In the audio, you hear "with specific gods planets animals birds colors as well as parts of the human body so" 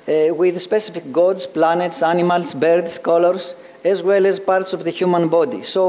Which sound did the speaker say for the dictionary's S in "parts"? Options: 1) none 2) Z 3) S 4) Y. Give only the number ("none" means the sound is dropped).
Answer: 3